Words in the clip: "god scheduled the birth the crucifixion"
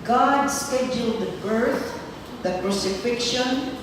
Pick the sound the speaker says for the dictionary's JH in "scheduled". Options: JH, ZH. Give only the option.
JH